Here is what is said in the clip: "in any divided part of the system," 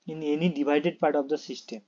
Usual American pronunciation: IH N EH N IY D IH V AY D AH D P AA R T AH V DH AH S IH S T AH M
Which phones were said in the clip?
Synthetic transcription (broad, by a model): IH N EH N IY D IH B AY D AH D P AA R T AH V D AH S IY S T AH M